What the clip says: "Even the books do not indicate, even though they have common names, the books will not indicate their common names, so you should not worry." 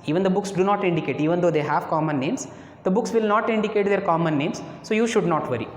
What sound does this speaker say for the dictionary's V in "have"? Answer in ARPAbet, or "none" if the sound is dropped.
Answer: V